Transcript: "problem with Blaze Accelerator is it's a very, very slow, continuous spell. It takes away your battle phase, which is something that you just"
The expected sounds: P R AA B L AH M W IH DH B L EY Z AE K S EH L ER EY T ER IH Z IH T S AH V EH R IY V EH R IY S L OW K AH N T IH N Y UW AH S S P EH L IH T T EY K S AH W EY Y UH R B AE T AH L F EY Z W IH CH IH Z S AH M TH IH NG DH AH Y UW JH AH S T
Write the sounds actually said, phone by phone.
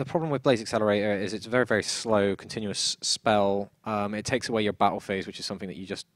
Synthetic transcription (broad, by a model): P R AA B L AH M W IH DH B L EY Z AE K S EH L ER EY T ER IH Z IH T S AH V EH R IY V EH R IY S L OW K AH N T IH N Y UW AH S S P EH L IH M T EY K S AH W EY Y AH R B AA T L F EY Z W IH CH IH Z S AH M TH IH NG DH AH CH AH JH AH S T